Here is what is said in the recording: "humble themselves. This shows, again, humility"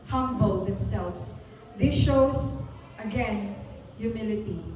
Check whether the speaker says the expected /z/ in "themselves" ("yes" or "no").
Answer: no